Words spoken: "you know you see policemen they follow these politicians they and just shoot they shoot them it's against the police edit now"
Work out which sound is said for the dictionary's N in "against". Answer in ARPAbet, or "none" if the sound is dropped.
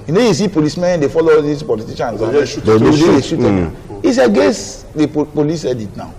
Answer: none